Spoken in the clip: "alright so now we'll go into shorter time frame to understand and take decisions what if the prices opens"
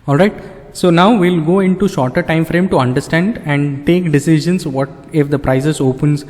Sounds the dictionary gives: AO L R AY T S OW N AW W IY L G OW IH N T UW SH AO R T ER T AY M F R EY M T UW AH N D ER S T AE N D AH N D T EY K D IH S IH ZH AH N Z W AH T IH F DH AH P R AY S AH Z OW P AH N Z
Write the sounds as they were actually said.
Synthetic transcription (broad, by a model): AO L R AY T S OW N AW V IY L G OW IH N T UW SH AO R T ER T AY M F R EY M T UW AH N D ER S T AE N D AH N D T EY K D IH S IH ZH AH N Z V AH T IH F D AH P R AY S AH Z OW P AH N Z